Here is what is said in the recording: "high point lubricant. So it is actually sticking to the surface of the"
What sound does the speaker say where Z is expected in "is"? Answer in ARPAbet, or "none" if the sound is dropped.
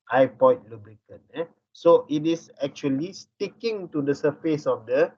S